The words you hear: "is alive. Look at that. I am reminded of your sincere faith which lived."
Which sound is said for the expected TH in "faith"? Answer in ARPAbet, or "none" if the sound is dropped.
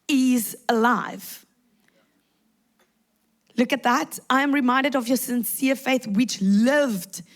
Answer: TH